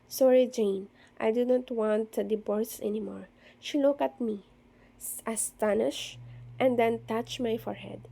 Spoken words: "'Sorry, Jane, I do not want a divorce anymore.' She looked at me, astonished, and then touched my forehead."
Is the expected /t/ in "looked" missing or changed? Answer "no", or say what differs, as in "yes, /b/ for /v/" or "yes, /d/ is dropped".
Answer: yes, /t/ is dropped